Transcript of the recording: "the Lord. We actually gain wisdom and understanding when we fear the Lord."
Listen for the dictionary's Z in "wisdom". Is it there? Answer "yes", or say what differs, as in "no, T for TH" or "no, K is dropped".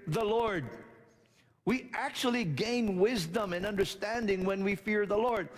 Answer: yes